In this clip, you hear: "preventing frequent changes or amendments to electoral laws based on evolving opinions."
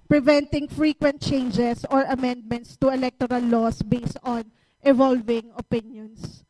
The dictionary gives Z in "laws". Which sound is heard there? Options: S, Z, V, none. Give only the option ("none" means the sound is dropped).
S